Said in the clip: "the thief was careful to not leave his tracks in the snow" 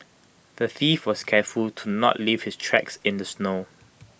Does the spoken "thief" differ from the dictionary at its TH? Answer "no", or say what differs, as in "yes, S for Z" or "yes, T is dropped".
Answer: no